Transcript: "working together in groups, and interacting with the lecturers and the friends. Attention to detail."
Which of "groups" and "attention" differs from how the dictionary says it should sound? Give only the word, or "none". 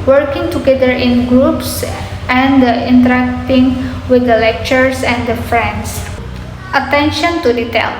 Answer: none